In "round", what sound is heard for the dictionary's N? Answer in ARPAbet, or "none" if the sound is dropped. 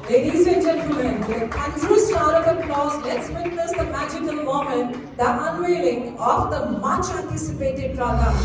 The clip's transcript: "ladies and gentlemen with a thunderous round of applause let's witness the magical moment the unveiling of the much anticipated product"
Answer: none